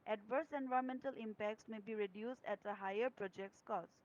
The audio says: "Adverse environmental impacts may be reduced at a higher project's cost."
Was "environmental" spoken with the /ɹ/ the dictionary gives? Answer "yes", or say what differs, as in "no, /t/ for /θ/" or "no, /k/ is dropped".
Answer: no, /ɹ/ is dropped